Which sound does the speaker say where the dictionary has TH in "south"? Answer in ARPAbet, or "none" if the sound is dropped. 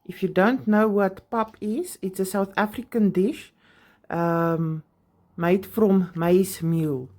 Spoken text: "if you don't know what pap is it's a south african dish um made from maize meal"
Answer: TH